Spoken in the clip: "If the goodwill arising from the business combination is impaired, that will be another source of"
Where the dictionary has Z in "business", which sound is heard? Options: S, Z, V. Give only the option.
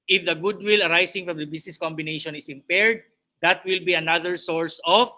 S